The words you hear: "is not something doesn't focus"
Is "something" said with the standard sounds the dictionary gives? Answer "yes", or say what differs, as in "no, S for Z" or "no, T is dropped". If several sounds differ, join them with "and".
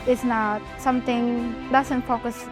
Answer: no, T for TH